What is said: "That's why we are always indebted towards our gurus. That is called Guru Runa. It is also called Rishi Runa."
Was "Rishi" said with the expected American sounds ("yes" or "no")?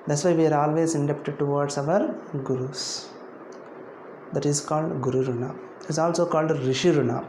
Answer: yes